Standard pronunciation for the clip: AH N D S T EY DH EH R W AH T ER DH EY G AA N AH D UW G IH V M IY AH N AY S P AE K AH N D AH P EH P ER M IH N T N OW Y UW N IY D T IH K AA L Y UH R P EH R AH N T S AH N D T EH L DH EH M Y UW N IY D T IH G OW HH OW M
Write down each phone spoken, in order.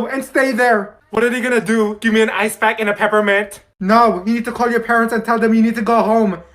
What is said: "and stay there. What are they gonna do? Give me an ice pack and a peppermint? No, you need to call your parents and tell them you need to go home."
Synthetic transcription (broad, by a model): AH N S T EY DH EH R W AH T ER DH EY G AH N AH D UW G IH V M IY AH N AY S B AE K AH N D AH P EH P ER M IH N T N OW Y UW N IY D T IH K AA L Y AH R P EH R AH N T S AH N T EH L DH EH M Y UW N IY D T IH G OW HH OW M